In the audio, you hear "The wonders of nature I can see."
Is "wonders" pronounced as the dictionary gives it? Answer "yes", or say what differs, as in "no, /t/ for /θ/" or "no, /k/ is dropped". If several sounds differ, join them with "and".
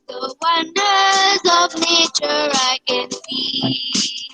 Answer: yes